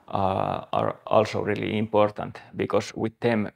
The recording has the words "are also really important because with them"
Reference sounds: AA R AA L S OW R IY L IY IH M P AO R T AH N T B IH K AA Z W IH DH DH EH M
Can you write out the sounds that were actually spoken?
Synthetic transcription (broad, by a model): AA R AA L S OW R IY L IY IH M P AO R T AH N T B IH K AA S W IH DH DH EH M